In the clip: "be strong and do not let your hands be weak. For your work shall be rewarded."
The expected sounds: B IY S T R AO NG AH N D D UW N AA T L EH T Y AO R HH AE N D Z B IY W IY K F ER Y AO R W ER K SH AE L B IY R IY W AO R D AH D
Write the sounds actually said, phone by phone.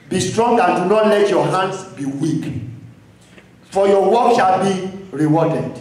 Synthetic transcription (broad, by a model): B IY S T R AO NG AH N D D UW N AA T L EH T Y AO HH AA N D S B IY W IY K F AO Y AO W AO K SH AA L B IY R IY W AO D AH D